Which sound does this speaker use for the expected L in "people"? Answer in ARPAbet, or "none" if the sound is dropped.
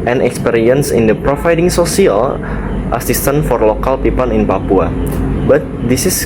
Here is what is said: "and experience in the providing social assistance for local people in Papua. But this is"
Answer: N